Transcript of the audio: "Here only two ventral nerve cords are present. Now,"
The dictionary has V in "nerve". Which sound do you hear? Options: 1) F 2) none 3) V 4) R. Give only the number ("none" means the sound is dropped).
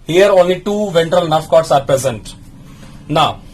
1